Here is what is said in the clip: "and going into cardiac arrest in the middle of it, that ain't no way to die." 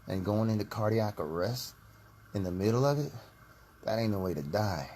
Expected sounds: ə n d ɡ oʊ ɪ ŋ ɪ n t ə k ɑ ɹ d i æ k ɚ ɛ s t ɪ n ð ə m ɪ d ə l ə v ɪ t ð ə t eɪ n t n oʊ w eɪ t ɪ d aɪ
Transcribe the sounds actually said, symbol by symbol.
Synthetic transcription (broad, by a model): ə n ɡ oʊ ɪ ŋ ɪ n t ə k ɑ ɹ d i æ k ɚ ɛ s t ɪ n ð ə m ɪ d l ə v ɪ t ð ə t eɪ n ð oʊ w eɪ t ɪ d aɪ